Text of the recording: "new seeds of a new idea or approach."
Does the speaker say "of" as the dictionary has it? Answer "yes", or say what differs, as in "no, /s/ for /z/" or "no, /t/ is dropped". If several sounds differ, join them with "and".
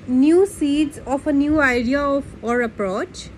no, /p/ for /v/